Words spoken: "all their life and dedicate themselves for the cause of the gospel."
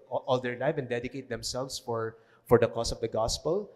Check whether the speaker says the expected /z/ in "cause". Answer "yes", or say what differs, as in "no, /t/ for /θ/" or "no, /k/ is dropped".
no, /s/ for /z/